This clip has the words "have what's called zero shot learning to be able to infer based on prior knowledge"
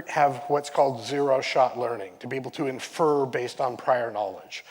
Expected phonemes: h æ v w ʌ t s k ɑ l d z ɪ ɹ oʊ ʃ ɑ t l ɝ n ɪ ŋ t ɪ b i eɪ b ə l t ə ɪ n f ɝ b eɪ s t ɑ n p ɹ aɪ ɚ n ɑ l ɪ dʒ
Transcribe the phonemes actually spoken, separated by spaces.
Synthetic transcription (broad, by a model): h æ v w ʌ t s k ɑ l d z ɪ ɹ oʊ ʃ ɑ t l ɝ n ɪ ŋ t ɪ b i eɪ b l t ə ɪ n f ɝ b eɪ s t n p ɹ aɪ ɚ n ɑ l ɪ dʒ